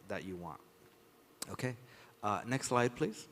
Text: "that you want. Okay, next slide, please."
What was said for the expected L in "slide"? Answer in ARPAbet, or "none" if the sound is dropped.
L